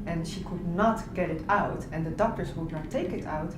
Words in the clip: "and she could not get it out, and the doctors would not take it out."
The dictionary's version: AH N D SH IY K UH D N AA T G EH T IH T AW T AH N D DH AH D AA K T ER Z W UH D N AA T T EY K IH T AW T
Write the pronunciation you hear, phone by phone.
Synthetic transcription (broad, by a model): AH N SH IY K UH D N AA T G EH T IH T AW T AH N D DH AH D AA K T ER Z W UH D N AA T T EY K IH T AW T